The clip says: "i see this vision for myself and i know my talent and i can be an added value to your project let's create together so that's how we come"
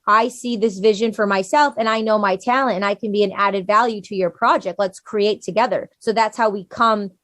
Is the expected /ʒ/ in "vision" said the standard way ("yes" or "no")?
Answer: yes